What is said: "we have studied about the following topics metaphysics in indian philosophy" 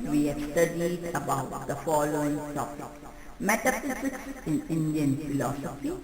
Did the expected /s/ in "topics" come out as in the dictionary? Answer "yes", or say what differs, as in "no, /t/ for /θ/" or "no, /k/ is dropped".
no, /s/ is dropped